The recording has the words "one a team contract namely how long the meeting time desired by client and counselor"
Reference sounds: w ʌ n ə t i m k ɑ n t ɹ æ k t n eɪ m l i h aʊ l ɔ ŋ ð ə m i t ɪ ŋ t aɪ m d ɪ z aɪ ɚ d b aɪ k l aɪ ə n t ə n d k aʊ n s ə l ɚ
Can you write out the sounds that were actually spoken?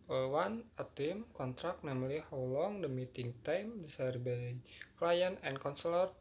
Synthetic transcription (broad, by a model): w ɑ n ə t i m k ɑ n t ɹ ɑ k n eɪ m l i h aʊ l ɔ ŋ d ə m i t ɪ ŋ t aɪ m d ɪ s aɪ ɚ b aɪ k l aɪ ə n ə n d k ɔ n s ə l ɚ